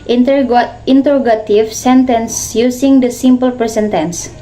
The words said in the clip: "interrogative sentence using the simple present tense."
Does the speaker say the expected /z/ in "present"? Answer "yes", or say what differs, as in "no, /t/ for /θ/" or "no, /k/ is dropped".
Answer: no, /s/ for /z/